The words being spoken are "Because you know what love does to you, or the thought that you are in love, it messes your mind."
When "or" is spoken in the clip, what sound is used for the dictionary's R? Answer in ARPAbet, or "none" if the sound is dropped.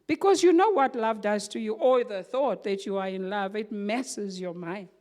L